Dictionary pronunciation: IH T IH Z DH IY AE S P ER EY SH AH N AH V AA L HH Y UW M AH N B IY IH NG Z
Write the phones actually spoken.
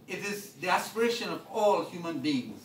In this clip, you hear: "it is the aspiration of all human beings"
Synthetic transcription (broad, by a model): IH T IH Z DH IY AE S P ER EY SH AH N AH V AA L HH Y UW M AH N B IY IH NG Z